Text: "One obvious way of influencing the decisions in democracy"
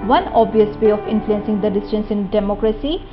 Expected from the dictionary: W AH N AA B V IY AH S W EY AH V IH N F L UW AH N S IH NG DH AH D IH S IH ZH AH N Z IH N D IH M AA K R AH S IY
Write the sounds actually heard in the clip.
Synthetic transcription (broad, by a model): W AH N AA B IY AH S W EY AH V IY N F L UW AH N S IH NG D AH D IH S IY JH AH N S IH N D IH M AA K R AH S IY